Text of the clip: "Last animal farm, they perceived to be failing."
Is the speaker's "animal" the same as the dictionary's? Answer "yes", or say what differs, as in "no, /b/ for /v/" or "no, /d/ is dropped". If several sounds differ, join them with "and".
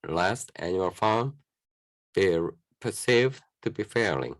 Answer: no, /m/ is dropped